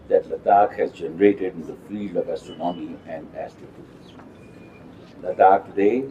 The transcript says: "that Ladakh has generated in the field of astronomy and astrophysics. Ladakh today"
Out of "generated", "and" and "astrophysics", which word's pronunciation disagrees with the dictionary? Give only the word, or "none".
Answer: astrophysics